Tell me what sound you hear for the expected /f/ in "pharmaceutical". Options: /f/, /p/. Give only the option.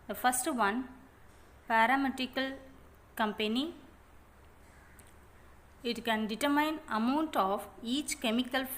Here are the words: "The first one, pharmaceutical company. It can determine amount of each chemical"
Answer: /p/